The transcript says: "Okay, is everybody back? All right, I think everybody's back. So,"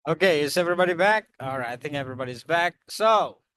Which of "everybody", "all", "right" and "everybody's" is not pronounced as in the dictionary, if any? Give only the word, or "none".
none